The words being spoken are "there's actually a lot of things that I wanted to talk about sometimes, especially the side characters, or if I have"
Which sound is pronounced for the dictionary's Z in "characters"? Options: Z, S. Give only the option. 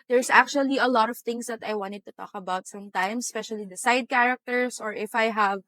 S